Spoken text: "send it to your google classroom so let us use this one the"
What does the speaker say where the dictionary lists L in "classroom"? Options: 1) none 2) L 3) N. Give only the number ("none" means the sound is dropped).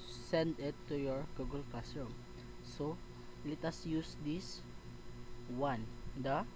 1